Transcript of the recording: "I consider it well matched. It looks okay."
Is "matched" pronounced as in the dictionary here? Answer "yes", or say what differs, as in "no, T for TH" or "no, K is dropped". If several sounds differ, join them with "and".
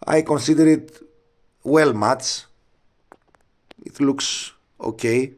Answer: no, T is dropped